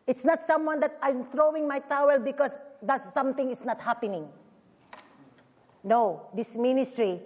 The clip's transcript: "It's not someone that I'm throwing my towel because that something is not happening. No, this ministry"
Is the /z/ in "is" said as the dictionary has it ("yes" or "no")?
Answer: no